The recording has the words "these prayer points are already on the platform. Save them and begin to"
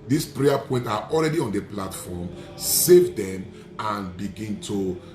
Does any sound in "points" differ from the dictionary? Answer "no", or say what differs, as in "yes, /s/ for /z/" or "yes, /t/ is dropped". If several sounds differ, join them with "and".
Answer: yes, /s/ is dropped